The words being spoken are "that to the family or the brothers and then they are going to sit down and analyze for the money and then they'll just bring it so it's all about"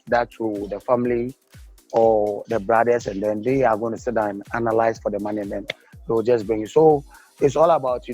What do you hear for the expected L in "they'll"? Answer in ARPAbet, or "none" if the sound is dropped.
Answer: W